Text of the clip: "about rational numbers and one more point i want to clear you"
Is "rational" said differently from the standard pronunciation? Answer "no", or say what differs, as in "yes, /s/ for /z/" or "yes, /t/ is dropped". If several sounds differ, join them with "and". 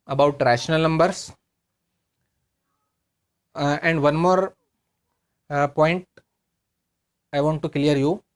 no